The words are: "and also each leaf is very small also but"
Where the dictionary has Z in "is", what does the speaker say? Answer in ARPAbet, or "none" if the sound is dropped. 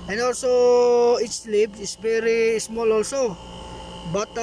S